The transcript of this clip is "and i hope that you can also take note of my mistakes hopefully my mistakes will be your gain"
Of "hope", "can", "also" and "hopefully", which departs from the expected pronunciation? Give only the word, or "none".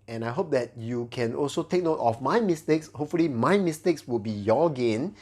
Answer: none